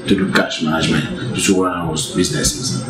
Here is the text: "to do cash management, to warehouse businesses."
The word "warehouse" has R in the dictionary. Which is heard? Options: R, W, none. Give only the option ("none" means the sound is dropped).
W